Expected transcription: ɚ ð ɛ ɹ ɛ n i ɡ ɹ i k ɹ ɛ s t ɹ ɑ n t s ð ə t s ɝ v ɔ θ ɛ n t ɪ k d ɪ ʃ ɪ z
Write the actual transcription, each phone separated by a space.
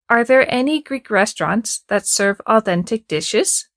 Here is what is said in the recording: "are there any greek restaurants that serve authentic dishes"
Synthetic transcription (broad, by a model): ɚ ð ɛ ɹ ɛ n i ɡ ɹ i k ɹ ɛ s t ɹ ɑ n t s ð ə t s ɝ v ɔ θ ɛ n t ɪ k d ɪ ʃ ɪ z